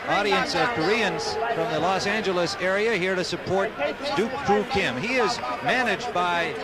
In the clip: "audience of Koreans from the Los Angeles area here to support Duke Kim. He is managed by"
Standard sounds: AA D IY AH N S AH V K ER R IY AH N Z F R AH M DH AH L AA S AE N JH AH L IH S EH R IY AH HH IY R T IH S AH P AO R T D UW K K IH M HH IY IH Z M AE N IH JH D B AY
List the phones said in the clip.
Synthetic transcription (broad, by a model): AA D IY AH N S AH V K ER R IY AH N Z F R AH M DH AH L AA S AE N JH AH L IH S EH R IY AH HH IY R T IH S AH P AO R T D UW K K IH M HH IY IH Z M AE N IH JH B AY